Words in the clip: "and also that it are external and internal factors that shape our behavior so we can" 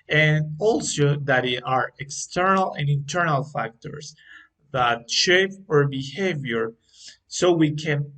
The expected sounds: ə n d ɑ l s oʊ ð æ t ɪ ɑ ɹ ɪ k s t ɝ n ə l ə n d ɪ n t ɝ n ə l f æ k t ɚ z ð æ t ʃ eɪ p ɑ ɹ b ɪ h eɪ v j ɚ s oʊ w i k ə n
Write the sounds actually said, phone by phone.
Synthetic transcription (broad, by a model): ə n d ɑ l s oʊ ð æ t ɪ ɑ ɹ ɪ k s t ɝ n ə l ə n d ɪ n t ɝ n ə l f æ k t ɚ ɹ ð æ t ʃ eɪ p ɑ ɹ b ɪ h eɪ v j ɚ s oʊ w i k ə n